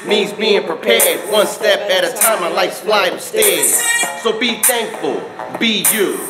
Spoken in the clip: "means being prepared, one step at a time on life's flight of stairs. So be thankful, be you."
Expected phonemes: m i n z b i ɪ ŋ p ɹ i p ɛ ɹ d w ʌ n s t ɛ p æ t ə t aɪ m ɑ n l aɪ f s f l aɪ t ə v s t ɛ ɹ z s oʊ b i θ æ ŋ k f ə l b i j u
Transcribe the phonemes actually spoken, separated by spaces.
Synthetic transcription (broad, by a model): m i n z b i ɪ ŋ p ɹ i p ɛ ɹ d w ʌ n s t ɛ p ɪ t ə t aɪ m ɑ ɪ l aɪ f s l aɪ ə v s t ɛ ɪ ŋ s oʊ b i θ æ ŋ k f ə l b i j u